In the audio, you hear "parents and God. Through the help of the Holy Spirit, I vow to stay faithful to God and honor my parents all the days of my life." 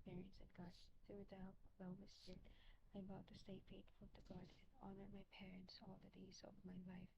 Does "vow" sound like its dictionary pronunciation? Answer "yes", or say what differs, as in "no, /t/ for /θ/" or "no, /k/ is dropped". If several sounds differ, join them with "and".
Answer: no, /b/ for /v/